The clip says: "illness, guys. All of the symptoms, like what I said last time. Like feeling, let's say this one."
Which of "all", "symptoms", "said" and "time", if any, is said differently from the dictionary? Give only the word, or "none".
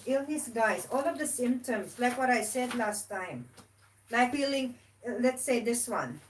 symptoms